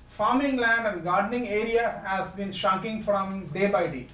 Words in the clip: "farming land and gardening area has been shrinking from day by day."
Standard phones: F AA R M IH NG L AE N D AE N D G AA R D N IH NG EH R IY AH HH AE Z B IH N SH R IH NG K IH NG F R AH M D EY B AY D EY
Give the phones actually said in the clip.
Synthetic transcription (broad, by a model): F AA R M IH NG L AE N D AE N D G AA R D N IH NG EH R IY AH HH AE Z B IH N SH AA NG K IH NG F R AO M D EY B AY D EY